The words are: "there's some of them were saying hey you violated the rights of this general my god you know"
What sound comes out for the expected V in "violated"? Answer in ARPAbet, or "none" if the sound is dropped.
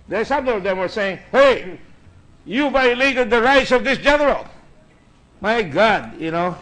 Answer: B